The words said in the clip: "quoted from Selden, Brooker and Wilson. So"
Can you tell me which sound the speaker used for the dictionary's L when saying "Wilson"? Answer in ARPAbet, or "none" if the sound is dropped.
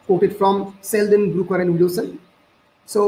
none